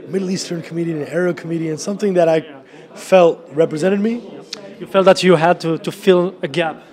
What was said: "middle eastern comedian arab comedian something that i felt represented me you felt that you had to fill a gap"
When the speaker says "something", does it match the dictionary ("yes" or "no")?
yes